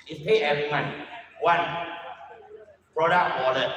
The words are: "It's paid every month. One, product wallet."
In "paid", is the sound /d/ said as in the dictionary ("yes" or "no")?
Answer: no